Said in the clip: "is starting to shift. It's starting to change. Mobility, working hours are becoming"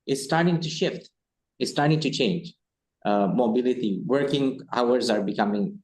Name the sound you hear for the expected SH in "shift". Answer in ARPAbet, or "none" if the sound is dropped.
SH